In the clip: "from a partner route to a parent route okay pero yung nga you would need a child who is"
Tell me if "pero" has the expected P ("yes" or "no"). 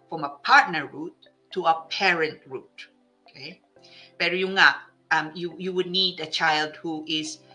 no